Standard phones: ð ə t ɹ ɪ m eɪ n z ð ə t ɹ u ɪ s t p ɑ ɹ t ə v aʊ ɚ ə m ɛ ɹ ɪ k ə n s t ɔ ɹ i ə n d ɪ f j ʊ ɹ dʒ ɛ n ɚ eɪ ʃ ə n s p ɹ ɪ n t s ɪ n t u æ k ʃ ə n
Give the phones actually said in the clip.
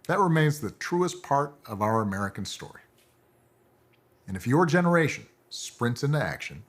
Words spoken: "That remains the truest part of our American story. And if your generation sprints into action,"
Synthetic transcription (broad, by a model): ð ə t ɹ ɪ m eɪ n z ð ə t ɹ u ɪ s p ɑ ɹ t ə v aʊ ɚ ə m ɛ ɹ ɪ k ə n s t ɔ ɹ i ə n ɪ f j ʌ ɹ dʒ ɛ n ɚ eɪ ʃ ə n s p ɹ ɪ n t s ɪ n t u æ k ʃ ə n